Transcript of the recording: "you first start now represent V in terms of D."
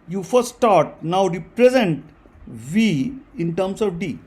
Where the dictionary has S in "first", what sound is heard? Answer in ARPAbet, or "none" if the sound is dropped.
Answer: none